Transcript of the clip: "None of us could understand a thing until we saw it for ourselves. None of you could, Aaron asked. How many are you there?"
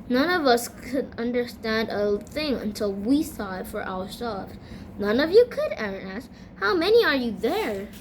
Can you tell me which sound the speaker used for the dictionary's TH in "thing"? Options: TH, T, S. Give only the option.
TH